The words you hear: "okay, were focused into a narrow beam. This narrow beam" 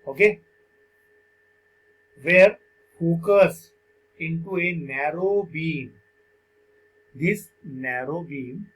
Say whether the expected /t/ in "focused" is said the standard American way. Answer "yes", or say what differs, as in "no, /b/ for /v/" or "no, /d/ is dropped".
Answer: no, /t/ is dropped